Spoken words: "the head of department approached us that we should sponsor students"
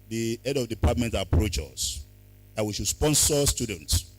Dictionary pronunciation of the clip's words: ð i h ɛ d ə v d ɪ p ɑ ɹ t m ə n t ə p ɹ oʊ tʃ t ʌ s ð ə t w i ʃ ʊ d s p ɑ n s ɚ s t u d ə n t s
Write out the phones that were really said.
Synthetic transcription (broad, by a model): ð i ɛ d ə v d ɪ p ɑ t m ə n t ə p ɹ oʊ tʃ ʌ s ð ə t w i ʃ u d s p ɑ n s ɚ s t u d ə n t s